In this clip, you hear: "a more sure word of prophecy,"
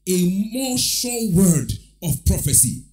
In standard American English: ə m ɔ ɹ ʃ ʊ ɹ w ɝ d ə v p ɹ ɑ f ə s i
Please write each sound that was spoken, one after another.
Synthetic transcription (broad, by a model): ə m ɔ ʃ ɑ l w ɝ d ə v p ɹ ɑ f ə s i